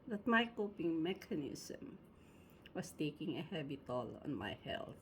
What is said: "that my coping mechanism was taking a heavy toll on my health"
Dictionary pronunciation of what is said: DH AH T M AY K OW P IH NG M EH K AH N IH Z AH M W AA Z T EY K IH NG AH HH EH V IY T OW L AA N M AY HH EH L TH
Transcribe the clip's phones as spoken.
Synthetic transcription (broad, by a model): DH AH T M AY K OW P IH NG M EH K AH N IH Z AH M W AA S T EY K IH NG AH HH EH B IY T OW L AA N M AY HH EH L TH